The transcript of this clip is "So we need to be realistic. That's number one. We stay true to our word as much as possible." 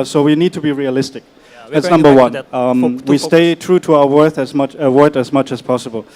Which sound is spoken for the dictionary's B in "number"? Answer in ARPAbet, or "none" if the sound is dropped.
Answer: B